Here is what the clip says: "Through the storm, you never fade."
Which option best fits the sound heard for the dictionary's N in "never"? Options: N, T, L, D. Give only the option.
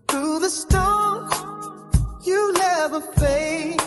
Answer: L